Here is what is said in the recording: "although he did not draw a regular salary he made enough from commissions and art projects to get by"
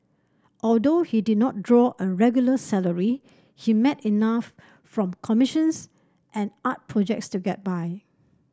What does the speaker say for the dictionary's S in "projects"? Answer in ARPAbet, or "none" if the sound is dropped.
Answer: S